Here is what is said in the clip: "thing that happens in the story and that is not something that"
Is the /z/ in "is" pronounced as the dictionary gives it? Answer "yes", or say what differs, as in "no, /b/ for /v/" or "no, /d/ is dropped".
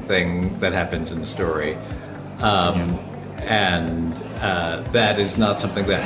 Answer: yes